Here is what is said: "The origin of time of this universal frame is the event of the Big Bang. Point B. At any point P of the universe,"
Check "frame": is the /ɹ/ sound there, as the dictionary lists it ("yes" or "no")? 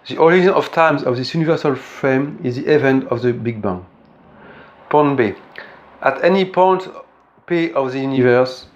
yes